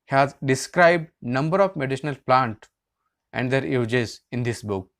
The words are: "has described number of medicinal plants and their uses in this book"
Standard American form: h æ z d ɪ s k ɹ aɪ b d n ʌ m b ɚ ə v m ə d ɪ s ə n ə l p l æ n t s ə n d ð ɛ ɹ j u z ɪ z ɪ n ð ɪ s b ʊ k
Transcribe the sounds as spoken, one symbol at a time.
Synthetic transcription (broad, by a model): h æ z d ɪ s k ɹ aɪ b d n ʌ m b ɚ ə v m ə d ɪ ʃ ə n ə l p l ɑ n t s ə n d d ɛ ɹ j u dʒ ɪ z ɪ n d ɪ s b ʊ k